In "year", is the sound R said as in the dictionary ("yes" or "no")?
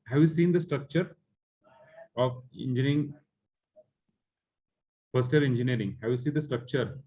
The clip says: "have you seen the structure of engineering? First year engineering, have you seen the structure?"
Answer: no